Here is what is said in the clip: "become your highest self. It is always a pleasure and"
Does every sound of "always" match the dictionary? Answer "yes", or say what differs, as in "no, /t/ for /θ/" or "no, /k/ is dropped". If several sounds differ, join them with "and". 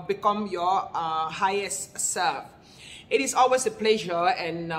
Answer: no, /s/ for /z/